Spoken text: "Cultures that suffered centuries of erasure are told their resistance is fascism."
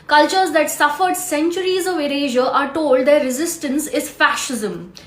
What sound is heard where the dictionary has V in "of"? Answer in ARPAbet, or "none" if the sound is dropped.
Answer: V